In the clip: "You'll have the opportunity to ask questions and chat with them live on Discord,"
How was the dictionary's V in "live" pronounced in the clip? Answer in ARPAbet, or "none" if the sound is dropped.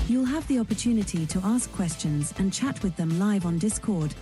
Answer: V